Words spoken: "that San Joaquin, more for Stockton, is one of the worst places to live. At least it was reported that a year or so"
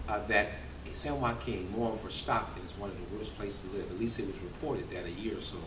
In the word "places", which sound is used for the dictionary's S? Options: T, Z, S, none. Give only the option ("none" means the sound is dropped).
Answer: none